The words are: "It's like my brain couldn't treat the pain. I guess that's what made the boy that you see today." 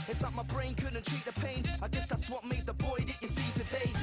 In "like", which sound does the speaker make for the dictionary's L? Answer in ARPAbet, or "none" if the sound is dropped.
N